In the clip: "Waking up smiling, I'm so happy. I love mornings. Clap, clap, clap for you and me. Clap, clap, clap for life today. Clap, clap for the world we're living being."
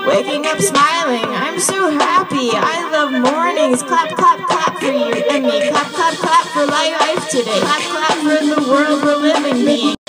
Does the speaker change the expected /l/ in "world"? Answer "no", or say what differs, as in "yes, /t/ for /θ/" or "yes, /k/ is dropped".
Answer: no